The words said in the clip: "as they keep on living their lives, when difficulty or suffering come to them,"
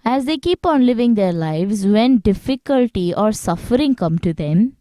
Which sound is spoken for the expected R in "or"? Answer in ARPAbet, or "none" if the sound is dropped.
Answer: R